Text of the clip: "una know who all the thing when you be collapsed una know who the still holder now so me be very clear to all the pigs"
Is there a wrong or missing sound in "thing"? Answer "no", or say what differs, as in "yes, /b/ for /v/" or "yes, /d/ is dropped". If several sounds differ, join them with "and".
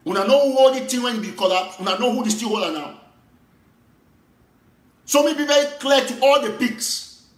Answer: yes, /t/ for /θ/